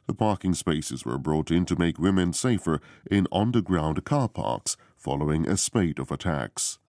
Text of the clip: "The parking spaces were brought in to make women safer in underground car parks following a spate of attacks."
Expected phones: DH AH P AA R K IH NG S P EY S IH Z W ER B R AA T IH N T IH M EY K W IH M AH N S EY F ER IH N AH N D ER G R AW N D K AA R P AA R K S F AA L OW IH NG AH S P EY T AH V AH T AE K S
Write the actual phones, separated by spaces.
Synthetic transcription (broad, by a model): DH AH P AA R K IH NG S P EY S IH Z W ER B R AA T IH N T IH M EY K W IH M AH N S EY F ER IH N AH N D ER G R AW N D K AA R P AA R K S F AA L OW IH NG AH S P EY T AH V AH T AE K S